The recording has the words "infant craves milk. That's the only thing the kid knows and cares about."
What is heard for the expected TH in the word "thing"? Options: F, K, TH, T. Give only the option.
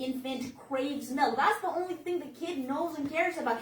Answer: TH